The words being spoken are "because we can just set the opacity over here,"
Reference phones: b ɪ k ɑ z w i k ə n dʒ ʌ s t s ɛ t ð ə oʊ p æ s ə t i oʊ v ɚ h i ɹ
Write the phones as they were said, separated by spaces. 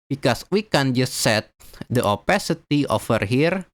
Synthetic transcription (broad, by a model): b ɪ k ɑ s w i k ə n dʒ ʌ s t s ɛ t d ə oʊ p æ s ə t i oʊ f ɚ h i ɹ